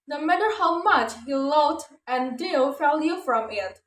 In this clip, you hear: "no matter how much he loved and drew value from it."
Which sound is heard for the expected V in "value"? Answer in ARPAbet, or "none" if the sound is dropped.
F